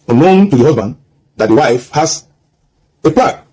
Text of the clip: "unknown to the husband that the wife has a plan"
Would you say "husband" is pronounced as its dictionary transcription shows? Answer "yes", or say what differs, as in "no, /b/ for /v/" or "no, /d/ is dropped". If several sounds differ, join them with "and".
yes